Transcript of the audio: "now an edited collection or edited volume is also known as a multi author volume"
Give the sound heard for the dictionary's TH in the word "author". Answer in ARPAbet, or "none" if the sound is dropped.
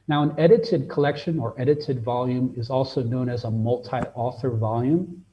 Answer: TH